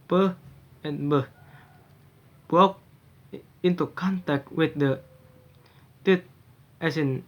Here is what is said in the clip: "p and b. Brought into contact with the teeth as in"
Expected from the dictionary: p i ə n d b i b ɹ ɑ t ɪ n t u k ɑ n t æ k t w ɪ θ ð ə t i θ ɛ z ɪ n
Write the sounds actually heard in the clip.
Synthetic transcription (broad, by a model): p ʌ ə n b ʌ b ɑ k ɪ n t u k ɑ n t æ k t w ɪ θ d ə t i t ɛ s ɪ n